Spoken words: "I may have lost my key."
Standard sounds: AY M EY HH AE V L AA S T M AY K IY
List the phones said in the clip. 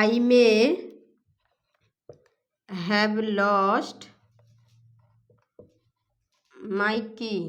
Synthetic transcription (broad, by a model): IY M EY HH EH B L AA S T M AY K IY